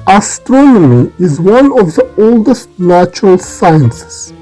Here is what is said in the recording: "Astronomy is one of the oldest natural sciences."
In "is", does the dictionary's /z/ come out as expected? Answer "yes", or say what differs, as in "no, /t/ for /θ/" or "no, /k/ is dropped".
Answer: yes